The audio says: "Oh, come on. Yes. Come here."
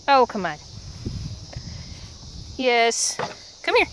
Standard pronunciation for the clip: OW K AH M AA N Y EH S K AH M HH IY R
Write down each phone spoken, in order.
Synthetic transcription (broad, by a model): OW K AH M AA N Y EH S K AH M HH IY R